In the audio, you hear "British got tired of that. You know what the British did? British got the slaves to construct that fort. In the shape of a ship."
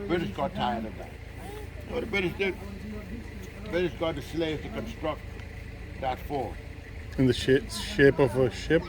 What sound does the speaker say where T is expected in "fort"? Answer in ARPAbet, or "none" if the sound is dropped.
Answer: none